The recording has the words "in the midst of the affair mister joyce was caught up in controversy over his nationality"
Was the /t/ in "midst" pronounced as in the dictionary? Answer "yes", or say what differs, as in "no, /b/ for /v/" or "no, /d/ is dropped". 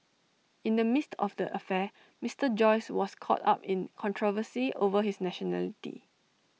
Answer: yes